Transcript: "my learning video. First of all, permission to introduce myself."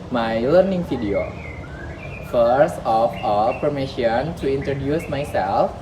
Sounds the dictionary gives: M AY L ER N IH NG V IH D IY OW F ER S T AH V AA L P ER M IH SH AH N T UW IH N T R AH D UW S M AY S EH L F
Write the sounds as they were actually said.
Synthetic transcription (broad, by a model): M AY L ER N IH NG F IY D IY OW F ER S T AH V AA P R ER M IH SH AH N T UW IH N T R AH D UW S M AY S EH L F